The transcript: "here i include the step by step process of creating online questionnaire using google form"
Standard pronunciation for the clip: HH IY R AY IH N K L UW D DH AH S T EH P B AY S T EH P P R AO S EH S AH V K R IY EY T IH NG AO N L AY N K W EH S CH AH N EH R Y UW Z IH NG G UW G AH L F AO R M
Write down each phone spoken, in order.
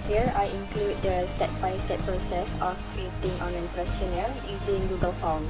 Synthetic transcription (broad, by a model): HH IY R AY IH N K L UW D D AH S T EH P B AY S T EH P P R AO S EH S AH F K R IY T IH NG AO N EH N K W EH S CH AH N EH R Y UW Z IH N G UW G AH L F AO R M